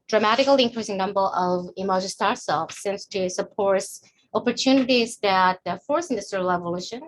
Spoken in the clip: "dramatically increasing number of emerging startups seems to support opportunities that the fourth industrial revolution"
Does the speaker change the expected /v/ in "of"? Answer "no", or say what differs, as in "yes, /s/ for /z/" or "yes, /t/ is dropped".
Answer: no